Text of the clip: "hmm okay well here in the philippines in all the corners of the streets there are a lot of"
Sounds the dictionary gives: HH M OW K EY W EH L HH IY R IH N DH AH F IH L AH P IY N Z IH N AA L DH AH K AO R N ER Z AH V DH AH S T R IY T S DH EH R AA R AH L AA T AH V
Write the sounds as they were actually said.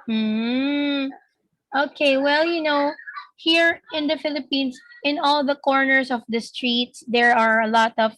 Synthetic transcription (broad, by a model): M OW K EY W EH L HH IY R IH N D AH F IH L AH P IY N S IH N AA L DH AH K AO R N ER S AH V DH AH S T R IY T S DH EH R AA R AH L AA T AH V